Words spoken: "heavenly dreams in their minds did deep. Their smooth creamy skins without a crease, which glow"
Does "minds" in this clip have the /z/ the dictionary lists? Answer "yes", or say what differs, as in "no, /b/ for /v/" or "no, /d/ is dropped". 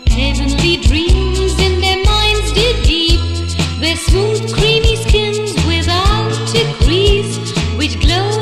yes